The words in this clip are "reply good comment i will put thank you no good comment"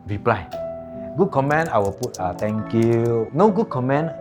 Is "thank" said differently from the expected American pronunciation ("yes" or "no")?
yes